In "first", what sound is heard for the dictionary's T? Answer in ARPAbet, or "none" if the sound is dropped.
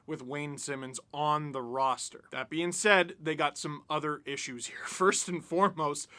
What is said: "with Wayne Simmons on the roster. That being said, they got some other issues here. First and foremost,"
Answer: T